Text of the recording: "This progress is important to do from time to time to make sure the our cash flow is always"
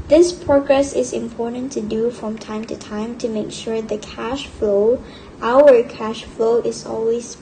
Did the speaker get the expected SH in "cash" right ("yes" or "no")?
yes